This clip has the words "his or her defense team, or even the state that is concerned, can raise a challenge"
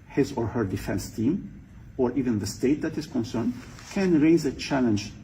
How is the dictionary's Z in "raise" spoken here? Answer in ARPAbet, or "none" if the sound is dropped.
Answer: Z